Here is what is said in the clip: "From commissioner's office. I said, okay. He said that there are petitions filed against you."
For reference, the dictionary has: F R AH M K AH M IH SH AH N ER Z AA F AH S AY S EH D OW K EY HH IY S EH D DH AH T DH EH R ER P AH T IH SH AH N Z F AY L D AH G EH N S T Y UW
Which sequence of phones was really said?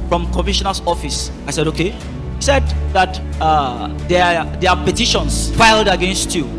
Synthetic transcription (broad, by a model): F R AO M K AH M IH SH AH N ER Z AA F AH S AY S EH D OW K EY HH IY S EH D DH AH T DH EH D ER P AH T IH SH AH N S F AY L D AH G EH N S T Y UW